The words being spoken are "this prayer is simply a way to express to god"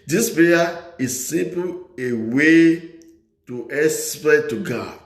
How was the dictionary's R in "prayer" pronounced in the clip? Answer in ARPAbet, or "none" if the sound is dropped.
none